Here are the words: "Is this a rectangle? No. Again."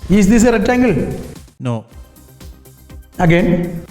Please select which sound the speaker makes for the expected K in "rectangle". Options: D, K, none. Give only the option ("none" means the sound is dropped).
none